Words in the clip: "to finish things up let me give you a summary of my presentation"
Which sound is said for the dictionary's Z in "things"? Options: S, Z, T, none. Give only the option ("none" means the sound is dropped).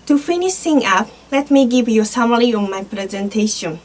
none